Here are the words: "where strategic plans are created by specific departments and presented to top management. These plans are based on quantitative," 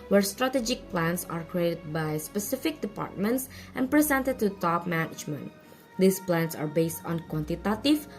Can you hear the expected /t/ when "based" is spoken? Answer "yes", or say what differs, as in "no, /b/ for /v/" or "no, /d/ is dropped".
yes